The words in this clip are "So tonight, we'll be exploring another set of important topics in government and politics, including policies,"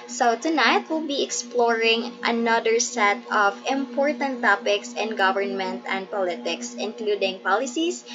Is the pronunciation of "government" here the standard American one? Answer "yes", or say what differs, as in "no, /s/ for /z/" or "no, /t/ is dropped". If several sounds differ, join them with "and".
yes